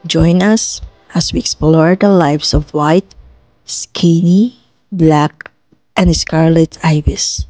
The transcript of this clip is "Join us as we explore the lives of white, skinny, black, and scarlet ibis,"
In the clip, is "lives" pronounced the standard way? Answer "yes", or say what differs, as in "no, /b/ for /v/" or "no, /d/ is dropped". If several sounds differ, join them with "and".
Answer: no, /s/ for /z/